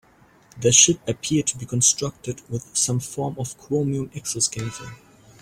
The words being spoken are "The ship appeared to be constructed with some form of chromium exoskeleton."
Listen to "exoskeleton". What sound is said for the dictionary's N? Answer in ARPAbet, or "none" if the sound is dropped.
none